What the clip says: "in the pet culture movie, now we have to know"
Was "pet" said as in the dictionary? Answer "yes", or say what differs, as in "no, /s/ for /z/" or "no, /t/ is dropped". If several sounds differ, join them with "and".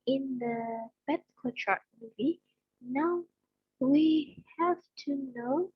no, /b/ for /p/